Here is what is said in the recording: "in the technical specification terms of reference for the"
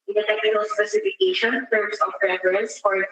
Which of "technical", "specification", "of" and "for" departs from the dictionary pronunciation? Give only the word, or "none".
of